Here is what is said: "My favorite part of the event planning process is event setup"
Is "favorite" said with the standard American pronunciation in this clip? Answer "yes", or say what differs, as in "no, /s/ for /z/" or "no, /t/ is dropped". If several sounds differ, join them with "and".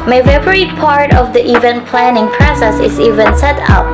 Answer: no, /p/ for /v/